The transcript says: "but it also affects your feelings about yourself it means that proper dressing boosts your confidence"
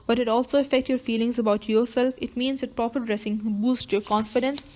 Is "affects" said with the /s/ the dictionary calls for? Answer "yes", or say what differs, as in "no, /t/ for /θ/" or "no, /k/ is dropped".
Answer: no, /s/ is dropped